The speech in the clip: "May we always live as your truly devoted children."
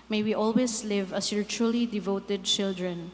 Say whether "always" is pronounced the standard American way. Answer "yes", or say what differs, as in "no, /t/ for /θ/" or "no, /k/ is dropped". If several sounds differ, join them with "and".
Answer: no, /s/ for /z/